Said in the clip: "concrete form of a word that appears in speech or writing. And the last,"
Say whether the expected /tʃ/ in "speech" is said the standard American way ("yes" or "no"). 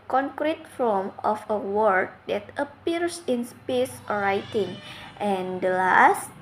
no